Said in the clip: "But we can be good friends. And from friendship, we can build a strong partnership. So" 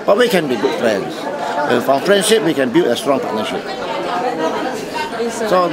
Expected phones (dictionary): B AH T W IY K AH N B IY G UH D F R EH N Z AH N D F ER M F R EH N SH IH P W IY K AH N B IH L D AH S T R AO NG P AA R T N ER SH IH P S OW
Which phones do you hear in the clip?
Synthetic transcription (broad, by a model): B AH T W IY K AH N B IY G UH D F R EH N S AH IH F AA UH F R EH N SH IH P W IY K AH N B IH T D AH S T R AO NG P AA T N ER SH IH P S OW